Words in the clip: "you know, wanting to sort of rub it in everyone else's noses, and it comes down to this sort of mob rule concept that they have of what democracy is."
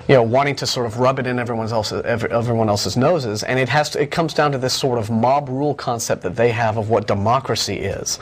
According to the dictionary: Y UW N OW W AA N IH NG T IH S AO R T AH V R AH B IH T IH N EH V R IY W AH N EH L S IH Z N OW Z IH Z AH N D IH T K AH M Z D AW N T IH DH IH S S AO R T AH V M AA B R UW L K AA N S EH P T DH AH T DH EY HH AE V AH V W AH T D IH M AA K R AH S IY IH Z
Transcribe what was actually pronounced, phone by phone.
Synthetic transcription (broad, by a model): Y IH N OW W AA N IH NG T IH S AO R T AH V R AH B IH T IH N EH V R IY W AH N EH L S IH Z N OW Z IH Z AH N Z IH T K AH M Z D AW N T IH DH IH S S AO R T AH V M AA B R UW L K AA N S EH P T DH AH T DH EY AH V AH V W AH T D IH M AA K R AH S IY IH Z